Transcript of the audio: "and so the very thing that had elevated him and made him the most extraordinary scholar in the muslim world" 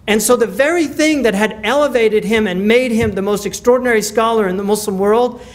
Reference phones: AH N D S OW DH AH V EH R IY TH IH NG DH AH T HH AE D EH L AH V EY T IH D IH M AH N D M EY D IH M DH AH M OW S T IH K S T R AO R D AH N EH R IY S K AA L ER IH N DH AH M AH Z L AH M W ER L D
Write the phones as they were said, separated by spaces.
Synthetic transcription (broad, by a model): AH N S OW DH AH V EH R IY TH IH NG DH AH T HH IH D EH L AH V EY T IH D IH M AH N M EY D IH M DH AH M OW S T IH K S T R AO R D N EH R IY S K AA L ER IH N DH AH M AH S L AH M W ER L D